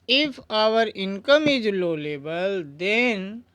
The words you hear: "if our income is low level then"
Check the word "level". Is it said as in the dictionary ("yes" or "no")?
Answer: no